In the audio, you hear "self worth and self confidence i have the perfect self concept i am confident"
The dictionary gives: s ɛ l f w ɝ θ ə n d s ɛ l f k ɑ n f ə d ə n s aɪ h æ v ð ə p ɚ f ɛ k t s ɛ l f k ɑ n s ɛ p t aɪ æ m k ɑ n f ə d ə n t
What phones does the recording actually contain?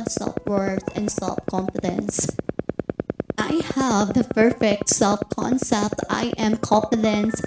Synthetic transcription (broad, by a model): s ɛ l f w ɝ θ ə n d s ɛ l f k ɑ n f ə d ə n s aɪ h æ v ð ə p ɚ f ɛ k t s ɛ l f k ɑ n s ɛ p t aɪ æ m k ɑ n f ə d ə n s